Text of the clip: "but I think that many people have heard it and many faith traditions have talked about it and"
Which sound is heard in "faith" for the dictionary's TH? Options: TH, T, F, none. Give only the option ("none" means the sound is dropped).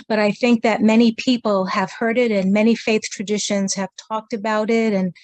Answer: TH